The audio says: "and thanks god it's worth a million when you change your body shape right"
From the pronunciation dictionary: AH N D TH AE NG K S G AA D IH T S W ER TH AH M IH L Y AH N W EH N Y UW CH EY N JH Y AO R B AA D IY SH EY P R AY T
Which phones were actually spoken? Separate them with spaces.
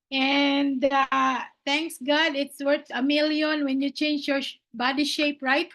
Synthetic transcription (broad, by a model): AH N D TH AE NG K S G AA D IH T S W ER S AH M IH L Y AH N W EH N Y UW CH EY N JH Y AO R B AA D IY SH EY P R AY T